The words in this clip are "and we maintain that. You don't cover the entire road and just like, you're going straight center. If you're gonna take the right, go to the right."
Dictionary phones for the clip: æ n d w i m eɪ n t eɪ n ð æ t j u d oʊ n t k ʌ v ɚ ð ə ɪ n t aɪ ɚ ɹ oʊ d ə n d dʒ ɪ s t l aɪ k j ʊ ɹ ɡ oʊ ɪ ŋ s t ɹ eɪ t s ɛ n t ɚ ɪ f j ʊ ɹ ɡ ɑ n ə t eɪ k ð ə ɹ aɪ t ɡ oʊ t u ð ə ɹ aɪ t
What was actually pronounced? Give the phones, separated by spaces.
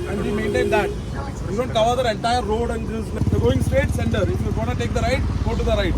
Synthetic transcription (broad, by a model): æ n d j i m eɪ n t eɪ n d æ t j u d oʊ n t k ʌ v ɚ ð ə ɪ n t aɪ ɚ ɹ oʊ d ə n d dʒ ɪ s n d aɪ ɡ oʊ ɪ ŋ s t eɪ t s ɛ n t ɚ ɪ f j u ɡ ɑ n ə t eɪ k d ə ɹ aɪ t ɡ oʊ t u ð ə ɹ aɪ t